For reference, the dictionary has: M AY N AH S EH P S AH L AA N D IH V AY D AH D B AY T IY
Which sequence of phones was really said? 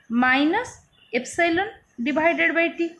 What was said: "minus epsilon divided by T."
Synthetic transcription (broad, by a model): M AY N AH S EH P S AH L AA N D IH B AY D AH D B AY T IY